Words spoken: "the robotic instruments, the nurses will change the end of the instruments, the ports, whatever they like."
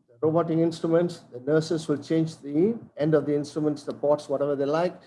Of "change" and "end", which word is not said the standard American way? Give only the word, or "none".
none